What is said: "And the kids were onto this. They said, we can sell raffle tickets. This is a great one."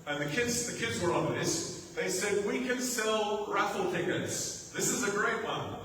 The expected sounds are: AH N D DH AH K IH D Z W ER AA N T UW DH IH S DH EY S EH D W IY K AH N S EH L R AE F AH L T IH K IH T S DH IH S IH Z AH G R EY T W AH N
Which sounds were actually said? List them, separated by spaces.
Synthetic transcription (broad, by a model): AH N D DH AH K IH D Z W ER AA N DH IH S DH EY S EH D W IY K AH N S EH L R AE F L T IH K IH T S DH IH S IH Z AH G R EY T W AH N